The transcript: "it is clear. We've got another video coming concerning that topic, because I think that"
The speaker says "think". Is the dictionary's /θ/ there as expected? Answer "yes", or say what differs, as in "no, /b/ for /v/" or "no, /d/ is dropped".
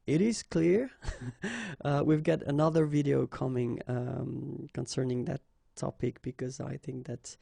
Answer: yes